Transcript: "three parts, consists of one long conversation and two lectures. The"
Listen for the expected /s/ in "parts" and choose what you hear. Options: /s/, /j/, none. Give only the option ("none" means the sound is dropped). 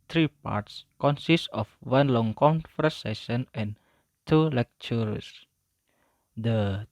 /s/